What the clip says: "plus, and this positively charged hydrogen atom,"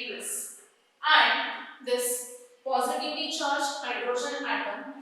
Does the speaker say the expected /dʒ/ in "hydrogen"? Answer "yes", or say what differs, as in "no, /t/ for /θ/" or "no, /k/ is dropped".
no, /ʃ/ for /dʒ/